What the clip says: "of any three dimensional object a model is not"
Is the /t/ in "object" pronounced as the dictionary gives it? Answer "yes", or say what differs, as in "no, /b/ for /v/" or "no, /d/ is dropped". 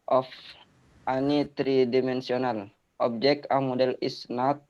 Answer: no, /t/ is dropped